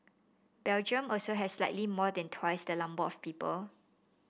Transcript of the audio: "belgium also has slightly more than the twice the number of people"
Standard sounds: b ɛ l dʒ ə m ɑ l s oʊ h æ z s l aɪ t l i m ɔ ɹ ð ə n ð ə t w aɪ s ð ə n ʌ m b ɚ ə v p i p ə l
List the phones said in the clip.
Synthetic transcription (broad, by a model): b ɛ l dʒ ə m ɑ l s oʊ h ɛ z s l aɪ t l i m ɔ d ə n t w aɪ s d ə l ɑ m b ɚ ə f p i p ə l